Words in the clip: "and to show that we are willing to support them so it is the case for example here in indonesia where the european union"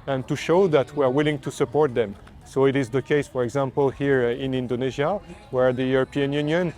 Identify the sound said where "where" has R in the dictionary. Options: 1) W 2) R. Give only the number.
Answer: 2